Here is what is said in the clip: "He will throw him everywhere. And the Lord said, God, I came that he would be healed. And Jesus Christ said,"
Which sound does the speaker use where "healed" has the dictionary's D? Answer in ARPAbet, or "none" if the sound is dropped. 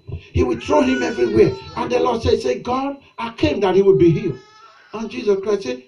none